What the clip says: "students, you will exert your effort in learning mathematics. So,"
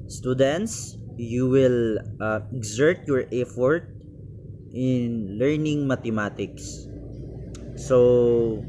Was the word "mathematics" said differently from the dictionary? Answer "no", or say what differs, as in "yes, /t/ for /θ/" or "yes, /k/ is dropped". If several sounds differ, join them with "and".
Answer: yes, /t/ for /θ/